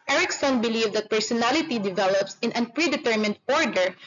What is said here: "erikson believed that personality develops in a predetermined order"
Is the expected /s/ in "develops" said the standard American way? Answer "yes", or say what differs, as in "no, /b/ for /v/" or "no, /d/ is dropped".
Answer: yes